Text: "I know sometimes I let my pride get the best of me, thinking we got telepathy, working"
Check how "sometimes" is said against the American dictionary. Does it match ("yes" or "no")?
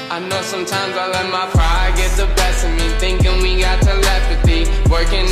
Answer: yes